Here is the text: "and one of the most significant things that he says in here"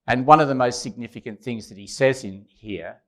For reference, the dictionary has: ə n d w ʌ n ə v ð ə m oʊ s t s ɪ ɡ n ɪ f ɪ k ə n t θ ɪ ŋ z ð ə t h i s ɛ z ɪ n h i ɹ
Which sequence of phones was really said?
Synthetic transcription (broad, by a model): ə n w ʌ n ə v ð ə m oʊ s t s ɪ ɡ n ɪ f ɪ k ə n θ ɪ ŋ z ð ə t h i s ɛ z ɪ n h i ɹ